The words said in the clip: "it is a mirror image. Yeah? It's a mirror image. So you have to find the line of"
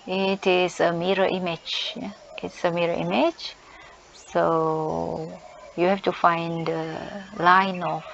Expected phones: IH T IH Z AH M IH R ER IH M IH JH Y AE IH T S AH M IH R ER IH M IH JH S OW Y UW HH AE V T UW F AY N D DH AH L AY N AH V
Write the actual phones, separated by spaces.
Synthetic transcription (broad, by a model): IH T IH S AH M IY R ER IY M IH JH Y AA IH T S AH M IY R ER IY M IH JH S OW Y UW HH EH F T UW F AY N D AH L AY N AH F